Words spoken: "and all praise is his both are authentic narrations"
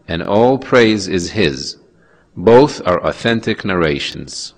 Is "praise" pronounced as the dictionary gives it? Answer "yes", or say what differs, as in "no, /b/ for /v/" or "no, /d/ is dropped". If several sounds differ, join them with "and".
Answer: yes